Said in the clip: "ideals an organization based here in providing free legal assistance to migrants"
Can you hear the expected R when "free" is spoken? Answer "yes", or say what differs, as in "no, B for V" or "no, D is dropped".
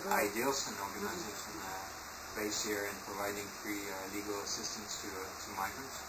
yes